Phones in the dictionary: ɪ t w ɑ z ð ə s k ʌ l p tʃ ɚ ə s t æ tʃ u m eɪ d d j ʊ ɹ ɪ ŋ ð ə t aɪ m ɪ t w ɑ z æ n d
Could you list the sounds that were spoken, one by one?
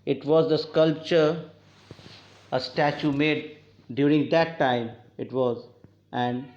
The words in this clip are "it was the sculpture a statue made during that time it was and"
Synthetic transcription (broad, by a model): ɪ t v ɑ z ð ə s k ʌ l p tʃ ɚ ə s t æ tʃ u m eɪ d d j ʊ ɹ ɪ ŋ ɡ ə t aɪ m ɪ t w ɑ z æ n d